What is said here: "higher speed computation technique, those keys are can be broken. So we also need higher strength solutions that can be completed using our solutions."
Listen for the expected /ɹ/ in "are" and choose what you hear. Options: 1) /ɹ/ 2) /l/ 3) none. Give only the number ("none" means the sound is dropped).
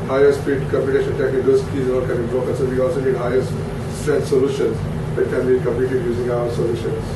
2